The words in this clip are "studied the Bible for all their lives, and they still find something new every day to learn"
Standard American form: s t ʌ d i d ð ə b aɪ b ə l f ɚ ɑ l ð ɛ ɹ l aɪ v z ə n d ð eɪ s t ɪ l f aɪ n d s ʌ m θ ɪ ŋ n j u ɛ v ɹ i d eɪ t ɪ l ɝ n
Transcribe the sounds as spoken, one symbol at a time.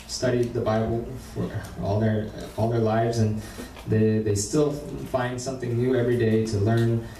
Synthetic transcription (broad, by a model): s t ʌ d i d ð ə b aɪ b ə l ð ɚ ɑ l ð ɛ ɹ l aɪ v z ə n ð ð eɪ s t ɪ l f aɪ n d s ʌ m θ ɪ ŋ n j u ɛ v ɹ i d eɪ t ɪ l ɝ n